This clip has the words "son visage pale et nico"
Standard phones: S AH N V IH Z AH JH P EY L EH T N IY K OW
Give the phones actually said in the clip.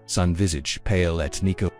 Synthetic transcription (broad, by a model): S AH N V IH Z AH JH P EY L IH T N IY K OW